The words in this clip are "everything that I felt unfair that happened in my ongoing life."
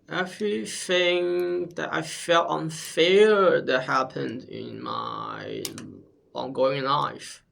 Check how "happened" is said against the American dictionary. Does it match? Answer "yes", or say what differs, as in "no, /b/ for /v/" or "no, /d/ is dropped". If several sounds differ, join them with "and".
yes